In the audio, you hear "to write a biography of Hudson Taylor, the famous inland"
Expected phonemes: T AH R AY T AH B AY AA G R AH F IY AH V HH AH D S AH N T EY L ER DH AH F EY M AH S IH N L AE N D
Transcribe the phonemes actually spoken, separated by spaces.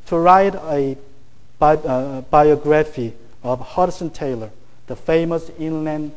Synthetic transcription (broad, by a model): T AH R AY T AH B AY AA G R AH F IY AH V HH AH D S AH N T EY L ER DH AH F EY M AH S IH N L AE N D